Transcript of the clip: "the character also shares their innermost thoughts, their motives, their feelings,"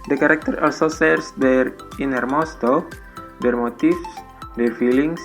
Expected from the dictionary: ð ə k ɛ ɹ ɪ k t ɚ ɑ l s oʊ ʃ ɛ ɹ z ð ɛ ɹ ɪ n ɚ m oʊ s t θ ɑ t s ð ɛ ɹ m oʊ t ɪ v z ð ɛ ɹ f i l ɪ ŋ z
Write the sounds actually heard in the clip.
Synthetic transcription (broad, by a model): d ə k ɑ ɹ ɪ k t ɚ ɑ l s oʊ s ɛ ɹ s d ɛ ɹ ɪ n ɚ m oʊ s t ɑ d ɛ ɹ m oʊ t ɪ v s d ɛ ɹ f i l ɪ ŋ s